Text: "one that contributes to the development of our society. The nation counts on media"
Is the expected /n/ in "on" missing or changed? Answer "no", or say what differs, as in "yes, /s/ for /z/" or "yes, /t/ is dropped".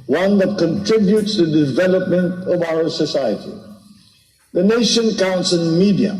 yes, /l/ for /n/